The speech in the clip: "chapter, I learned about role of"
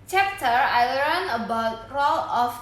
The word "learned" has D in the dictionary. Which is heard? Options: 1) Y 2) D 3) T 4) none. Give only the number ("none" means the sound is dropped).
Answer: 4